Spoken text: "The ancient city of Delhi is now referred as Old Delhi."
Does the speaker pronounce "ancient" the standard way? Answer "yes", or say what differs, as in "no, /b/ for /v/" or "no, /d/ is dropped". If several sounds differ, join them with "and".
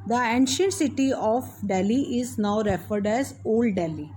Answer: yes